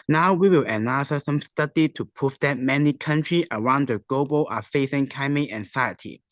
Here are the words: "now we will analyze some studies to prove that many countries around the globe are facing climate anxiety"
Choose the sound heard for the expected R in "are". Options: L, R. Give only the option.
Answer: L